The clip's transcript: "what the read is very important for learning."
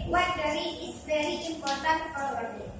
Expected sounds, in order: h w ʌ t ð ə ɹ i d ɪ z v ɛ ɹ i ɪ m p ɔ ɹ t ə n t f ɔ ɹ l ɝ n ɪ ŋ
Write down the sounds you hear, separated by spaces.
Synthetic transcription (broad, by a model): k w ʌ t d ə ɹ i ɪ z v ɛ ɹ i ɪ m p ɔ ɹ t ə n t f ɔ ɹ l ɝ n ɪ